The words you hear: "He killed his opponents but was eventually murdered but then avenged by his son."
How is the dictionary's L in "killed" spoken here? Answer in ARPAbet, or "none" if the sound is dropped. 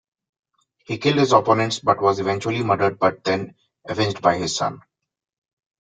L